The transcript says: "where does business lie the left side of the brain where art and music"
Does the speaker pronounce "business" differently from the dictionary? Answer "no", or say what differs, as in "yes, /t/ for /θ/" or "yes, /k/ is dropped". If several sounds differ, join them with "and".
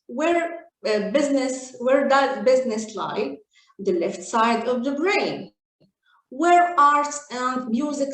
no